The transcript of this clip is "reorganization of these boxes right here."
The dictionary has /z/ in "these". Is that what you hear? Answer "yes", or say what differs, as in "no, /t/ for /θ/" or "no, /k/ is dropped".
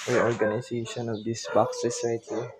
no, /s/ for /z/